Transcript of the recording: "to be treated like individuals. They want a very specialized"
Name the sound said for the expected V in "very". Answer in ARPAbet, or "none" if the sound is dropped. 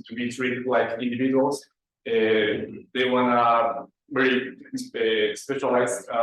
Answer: B